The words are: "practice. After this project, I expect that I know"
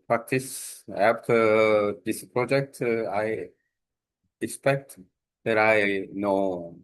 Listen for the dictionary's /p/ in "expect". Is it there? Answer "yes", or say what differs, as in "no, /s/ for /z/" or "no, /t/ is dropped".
yes